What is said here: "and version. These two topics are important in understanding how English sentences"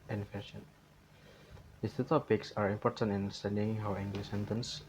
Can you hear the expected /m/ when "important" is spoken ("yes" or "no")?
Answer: yes